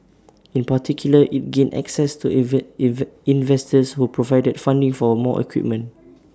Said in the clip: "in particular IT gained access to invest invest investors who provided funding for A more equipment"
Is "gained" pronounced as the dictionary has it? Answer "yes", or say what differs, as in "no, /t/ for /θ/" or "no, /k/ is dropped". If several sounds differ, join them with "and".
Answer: no, /d/ is dropped